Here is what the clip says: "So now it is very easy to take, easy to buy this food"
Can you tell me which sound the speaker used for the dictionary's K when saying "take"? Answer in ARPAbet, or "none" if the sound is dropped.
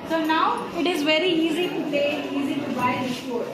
none